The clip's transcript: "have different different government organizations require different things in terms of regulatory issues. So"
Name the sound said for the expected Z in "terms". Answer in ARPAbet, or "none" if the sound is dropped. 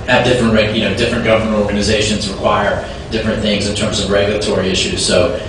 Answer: Z